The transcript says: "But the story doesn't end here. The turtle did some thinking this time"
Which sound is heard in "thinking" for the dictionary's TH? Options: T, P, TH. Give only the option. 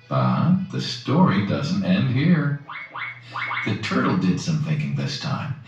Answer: TH